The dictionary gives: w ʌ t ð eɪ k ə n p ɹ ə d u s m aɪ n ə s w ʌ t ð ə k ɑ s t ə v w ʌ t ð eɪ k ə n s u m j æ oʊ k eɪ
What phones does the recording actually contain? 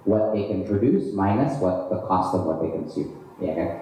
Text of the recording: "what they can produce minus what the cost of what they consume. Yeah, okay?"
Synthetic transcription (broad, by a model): w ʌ t ð eɪ k ə n p ɹ ə d u s m aɪ n ə s w ʌ t ð ə k ɑ s t ə v w ʌ t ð eɪ k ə n s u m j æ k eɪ